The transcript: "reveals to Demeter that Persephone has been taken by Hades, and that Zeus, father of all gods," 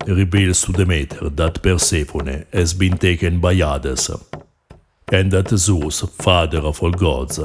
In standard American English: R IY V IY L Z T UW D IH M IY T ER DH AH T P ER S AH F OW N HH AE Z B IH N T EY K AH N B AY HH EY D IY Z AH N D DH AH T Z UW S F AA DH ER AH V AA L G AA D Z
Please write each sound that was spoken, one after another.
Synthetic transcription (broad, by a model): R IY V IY L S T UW D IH M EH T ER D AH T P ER S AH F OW N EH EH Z B IH N T EY K AH N B AY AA D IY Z AH N D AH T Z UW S F AA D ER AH F AA L G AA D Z